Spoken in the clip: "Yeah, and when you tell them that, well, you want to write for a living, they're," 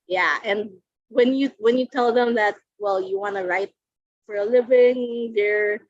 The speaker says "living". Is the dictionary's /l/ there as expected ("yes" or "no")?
yes